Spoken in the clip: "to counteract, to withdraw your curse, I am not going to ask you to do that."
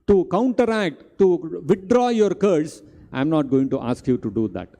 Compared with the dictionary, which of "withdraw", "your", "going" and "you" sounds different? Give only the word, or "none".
withdraw